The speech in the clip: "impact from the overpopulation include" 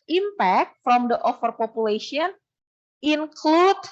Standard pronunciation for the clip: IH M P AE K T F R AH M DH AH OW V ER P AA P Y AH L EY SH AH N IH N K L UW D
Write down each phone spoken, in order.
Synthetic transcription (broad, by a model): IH M P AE K T F R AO M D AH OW F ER P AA P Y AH L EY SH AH N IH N K L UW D